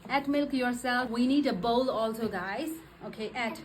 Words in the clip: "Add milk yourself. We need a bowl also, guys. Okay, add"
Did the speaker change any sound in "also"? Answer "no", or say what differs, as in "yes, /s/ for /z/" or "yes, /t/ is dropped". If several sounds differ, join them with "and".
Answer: no